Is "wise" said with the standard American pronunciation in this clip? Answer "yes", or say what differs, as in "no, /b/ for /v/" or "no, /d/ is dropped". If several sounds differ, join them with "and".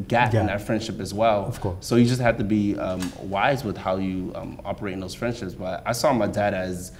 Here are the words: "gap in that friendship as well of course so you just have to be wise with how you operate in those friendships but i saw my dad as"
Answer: yes